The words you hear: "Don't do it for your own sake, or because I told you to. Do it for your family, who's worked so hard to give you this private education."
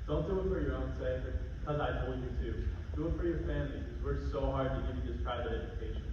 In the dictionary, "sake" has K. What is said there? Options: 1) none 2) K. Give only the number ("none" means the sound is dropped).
1